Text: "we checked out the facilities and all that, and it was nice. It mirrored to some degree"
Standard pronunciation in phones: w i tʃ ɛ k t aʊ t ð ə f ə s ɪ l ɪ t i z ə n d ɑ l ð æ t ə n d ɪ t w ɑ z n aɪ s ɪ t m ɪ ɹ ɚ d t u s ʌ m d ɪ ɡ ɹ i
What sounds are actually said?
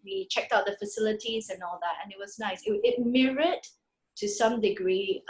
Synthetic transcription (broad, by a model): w i tʃ ɛ k t aʊ t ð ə f ə s ɪ l ɪ t i z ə n ɑ l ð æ t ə n ɪ t w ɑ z n aɪ s ɪ t m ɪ ɹ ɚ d t u s ʌ m d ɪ ɡ ɹ i